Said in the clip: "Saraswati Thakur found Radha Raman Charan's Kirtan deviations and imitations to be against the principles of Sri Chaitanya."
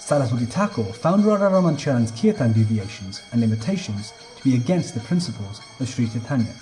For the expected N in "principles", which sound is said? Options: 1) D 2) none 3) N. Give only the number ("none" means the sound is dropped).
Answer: 3